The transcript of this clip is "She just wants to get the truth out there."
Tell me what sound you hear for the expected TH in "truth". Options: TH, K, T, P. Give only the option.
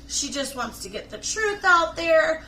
TH